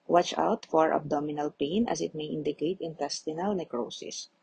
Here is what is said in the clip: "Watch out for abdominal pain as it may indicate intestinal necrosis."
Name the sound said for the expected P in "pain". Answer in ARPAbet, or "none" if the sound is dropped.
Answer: P